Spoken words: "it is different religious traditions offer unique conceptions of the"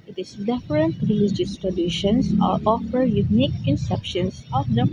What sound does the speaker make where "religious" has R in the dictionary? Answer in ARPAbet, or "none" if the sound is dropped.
R